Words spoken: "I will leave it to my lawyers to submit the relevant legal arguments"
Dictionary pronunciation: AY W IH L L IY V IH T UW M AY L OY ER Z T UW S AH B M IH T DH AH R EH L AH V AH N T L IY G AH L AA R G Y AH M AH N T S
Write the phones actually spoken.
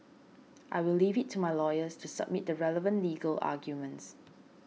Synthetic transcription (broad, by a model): AY W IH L L IY V IH T UW M AY L OY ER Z T UW S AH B M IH T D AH R EH L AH V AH N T L IY G AH L AA G Y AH M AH N T S